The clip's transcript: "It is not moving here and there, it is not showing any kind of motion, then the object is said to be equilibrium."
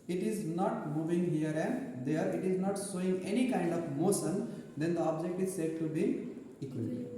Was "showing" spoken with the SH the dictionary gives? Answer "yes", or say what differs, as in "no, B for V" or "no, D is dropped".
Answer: no, S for SH